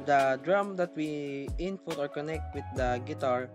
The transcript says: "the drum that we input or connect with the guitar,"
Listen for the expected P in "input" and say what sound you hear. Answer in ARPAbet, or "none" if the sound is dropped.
F